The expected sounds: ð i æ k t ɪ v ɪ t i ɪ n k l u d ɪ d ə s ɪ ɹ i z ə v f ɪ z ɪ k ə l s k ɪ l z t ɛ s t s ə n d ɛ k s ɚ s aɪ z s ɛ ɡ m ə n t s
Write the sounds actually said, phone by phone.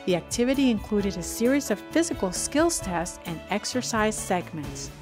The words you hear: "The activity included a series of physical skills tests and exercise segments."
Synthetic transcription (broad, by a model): ð i æ k t ɪ v ɪ t i ɪ n k l u d ɪ d ə s ɪ ɹ i z ə v f ɪ z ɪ k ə l s k ɪ l z t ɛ s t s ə n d ɛ k s ɚ s aɪ z s ɛ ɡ m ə n t s